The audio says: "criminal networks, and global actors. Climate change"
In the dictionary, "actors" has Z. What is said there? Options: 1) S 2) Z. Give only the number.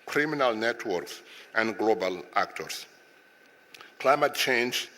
1